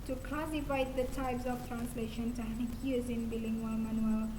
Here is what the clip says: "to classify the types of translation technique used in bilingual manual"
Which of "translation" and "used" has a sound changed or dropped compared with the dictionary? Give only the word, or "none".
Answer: used